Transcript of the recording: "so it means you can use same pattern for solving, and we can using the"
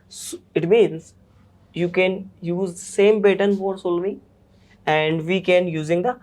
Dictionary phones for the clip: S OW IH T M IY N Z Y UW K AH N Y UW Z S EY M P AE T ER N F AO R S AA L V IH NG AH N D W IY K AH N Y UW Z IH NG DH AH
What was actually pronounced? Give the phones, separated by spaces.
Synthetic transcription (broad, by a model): S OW IH T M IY N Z Y UW K AH N Y UW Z S EY M B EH T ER N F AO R S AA L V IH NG AH N D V IY K AH N Y UW Z IH NG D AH